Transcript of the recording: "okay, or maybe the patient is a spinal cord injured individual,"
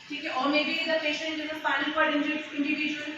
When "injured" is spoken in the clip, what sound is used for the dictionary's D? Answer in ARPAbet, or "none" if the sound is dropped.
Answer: none